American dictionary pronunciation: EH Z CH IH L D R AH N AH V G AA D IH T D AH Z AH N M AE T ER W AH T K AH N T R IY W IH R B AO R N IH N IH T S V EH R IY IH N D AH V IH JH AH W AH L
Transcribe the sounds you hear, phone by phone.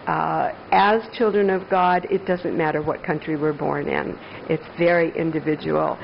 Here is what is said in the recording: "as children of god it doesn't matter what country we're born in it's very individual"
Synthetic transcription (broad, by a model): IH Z CH IH L D R AH N AH V G AA D IH T D AH Z AH N M AE T ER W AH T K AH N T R IY W IH R B AO R N IH N IH T S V EH R IY IH N D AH V IH JH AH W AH L